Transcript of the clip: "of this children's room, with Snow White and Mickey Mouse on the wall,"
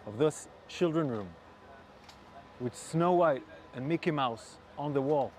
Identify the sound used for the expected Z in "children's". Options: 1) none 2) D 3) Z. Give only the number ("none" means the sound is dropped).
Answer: 1